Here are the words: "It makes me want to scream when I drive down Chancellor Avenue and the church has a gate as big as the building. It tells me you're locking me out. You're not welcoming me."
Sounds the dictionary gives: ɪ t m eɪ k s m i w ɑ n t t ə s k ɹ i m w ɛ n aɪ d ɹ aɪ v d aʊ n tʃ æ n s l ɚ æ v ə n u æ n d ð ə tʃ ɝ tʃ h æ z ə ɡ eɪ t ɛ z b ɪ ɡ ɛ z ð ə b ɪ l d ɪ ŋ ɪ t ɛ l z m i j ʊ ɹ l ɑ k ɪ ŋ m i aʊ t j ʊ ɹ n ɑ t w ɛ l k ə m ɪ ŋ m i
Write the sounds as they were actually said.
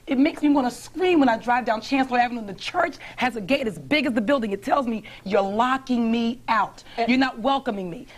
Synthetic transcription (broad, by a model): ɪ t m eɪ k s m i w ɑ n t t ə s k ɹ i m w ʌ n aɪ d ɹ aɪ v d aʊ n tʃ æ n s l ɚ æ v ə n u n ð ə tʃ ɝ tʃ h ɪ z ə ɡ eɪ t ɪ z b ɪ ɡ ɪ z ð ə b ɪ l d ɪ ŋ ɪ t ɛ l z m i j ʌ ɹ l ɑ k ɪ ŋ m i aʊ t j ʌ ɹ n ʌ t w ɛ l k ə m ɪ ŋ m i